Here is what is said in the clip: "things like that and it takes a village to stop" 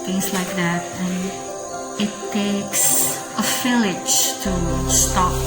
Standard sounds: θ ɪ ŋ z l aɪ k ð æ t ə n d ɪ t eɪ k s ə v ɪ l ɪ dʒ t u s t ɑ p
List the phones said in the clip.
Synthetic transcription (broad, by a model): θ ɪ ŋ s l aɪ k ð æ t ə n ɪ t eɪ k s ə f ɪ l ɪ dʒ t u s t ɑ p